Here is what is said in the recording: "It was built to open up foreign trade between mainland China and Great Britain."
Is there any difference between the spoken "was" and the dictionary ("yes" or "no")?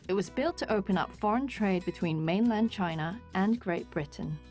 no